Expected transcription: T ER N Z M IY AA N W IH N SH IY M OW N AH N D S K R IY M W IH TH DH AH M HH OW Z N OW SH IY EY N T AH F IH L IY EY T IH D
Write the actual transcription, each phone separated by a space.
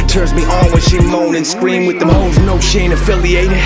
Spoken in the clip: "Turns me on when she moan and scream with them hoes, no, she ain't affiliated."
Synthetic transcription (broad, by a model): T ER N Z M IY AA L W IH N SH IY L OW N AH N S K R IY M W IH DH AH M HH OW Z N OW SH EY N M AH F IH L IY EY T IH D